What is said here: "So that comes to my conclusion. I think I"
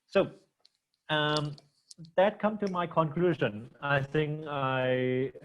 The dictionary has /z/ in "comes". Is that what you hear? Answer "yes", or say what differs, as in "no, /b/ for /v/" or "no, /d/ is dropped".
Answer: no, /z/ is dropped